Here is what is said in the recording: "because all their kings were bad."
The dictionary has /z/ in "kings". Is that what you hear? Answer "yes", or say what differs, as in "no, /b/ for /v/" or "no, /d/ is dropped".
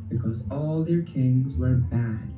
yes